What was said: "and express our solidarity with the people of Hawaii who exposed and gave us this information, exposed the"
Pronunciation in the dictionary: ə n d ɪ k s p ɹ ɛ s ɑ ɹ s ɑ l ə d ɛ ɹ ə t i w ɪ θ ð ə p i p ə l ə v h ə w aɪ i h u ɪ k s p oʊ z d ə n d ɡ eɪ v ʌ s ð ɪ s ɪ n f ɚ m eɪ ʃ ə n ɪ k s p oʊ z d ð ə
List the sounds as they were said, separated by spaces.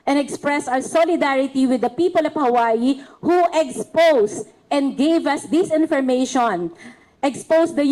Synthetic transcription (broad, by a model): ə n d ɪ k s p ɹ ɛ s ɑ w s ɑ l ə d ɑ ɹ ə t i w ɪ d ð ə p i p ə l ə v h ə w aɪ i h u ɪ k s p oʊ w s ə n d ɡ eɪ v ʌ s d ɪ s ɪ n f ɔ m eɪ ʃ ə n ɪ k s p oʊ s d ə